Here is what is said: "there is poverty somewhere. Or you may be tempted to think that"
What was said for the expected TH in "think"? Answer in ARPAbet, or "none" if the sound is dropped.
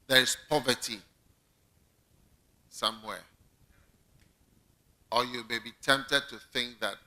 TH